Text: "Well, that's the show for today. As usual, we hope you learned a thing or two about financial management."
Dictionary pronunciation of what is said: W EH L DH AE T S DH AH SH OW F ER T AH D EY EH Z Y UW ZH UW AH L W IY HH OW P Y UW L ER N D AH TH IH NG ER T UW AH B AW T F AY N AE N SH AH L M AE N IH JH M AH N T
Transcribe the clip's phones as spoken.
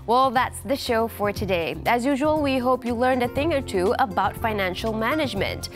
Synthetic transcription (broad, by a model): W EH L DH AE T S DH AH SH OW F ER T AH D EY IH Z Y UW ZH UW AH L W IY HH OW P Y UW L ER N D AH TH IH NG ER T UW AH B AW T F AY N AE N SH L M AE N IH JH M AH N T